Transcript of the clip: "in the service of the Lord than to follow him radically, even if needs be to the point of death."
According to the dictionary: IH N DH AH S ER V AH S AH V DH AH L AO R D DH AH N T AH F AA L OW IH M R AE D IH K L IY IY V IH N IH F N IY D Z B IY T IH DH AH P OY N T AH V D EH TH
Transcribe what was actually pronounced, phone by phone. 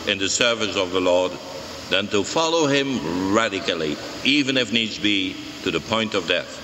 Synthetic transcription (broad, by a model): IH N DH AH S ER V AH S AH V DH AH L AO R D DH AH N T AH F AA L OW IH M R AE D IH K L IY IY V IH N IH F N IY D Z B IY T IH DH AH P OY N T AH V D EH TH